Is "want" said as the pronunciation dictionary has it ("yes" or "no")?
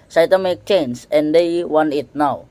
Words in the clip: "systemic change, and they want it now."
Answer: no